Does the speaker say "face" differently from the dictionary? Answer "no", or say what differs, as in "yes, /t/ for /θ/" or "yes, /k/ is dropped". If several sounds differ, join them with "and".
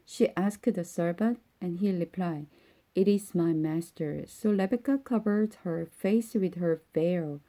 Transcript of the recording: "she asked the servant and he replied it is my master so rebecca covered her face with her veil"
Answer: no